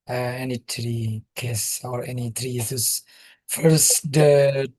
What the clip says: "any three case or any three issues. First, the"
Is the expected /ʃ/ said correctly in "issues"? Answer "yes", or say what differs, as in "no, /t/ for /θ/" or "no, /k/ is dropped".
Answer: no, /s/ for /ʃ/